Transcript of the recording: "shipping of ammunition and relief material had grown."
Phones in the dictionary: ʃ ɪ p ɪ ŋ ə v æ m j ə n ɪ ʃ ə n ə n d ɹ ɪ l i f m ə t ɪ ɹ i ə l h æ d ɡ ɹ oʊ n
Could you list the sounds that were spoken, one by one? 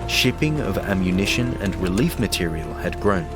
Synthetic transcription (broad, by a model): ʃ ɪ p ɪ ŋ ə v æ m j ə n ɪ ʃ ə n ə n ɹ ɪ l i f m ə t ɪ ɹ i ə l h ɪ d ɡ ɹ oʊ n